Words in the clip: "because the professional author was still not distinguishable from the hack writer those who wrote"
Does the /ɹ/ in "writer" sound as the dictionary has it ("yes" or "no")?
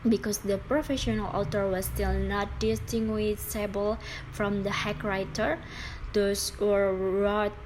yes